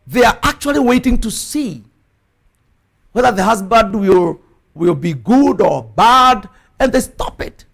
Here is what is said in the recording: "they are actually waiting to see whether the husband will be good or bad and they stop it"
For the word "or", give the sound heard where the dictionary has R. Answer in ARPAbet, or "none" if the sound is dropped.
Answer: R